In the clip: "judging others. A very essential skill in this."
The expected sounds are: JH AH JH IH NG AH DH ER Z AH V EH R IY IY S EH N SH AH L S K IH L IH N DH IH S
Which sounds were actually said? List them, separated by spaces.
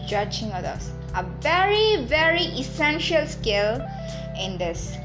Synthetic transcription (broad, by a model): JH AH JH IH NG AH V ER AH V EH R IY IY S EH N SH AH L S K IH L IH N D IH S